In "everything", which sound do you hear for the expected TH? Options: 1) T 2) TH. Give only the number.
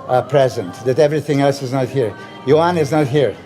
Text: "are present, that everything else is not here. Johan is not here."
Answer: 2